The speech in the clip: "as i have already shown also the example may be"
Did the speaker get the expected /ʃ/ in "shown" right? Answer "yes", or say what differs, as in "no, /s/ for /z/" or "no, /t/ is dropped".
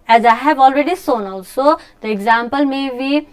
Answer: no, /s/ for /ʃ/